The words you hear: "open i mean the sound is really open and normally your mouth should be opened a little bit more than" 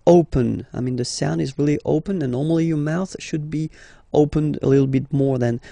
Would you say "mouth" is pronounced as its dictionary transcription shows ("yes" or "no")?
yes